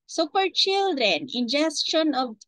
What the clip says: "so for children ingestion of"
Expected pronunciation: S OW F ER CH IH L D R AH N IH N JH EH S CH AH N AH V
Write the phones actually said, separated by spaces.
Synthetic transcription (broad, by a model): S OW P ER CH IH L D R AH N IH N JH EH S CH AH N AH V